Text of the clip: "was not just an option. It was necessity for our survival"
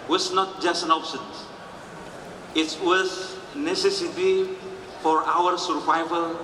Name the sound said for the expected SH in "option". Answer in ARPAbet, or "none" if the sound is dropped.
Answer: S